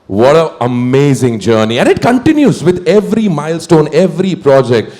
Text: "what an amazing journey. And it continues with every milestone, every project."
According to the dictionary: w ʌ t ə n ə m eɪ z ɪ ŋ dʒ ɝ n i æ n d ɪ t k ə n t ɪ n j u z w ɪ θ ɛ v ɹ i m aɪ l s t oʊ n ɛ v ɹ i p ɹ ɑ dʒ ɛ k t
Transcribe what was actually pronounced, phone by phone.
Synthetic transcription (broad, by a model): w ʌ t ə ə m eɪ z ɪ ŋ dʒ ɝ n i æ n d ɪ t k ə n t ɪ n j u z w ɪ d ɛ v ɹ i m aɪ l s t oʊ n ɛ v ɹ i p ɹ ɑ dʒ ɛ k t